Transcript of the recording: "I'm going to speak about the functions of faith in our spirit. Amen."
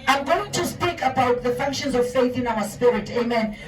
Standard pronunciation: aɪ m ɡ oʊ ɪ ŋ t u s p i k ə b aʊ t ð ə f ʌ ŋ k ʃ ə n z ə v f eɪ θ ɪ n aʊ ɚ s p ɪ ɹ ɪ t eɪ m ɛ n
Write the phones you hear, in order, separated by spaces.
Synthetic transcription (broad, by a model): aɪ m ɡ oʊ ɪ ŋ t u s p i k ə b aʊ t ð ə f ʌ ŋ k ʃ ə n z ə v f eɪ θ ɪ n aʊ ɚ s p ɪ ɹ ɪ t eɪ m ɛ n